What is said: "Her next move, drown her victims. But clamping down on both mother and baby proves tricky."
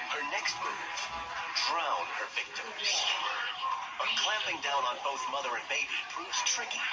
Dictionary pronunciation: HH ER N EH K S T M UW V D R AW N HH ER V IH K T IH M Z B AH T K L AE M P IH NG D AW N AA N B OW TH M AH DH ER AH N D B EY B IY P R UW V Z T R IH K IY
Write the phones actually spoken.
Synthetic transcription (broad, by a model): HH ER N EH K S T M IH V D R AW N HH ER V IH K T IH M Z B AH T K L AE M P IH NG D AW N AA N B OW TH M AH DH ER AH N B EY B IY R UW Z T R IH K